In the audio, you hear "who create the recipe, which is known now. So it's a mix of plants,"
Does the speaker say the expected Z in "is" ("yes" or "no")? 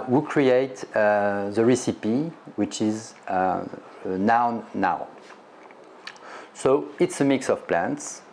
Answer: yes